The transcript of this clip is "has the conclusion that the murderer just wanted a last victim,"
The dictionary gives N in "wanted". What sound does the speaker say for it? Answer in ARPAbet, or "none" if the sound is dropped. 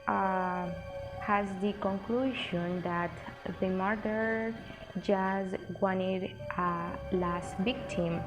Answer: N